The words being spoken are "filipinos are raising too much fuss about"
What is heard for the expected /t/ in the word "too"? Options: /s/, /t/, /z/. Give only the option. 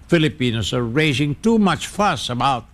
/t/